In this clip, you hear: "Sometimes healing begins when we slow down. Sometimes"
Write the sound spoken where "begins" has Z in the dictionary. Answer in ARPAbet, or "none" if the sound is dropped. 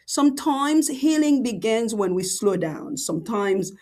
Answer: Z